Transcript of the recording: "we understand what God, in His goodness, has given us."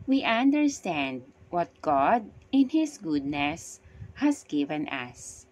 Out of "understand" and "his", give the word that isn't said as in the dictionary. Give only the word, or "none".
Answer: his